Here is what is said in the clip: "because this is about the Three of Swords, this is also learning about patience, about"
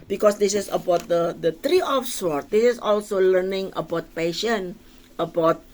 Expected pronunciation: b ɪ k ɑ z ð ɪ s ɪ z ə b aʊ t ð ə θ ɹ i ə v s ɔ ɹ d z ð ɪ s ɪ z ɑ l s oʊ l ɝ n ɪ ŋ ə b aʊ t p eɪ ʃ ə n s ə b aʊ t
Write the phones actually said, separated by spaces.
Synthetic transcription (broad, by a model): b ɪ k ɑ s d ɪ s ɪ s ə b aʊ t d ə t ɹ i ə f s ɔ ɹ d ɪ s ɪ s ɑ l s oʊ l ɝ n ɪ ŋ ə b aʊ t p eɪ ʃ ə n ə b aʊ t